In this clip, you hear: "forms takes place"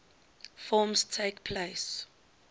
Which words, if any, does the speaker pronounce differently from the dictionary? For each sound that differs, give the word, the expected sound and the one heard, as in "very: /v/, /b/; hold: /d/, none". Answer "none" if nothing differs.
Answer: takes: /s/, none